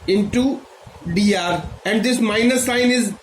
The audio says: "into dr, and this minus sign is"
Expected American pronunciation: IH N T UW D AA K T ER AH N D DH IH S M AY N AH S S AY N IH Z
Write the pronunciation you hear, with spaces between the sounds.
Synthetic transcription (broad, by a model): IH N T UW D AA T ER AH N D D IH S M AY N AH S S AY N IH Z